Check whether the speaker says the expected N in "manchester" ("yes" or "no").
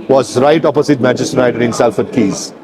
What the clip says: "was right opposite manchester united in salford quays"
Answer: no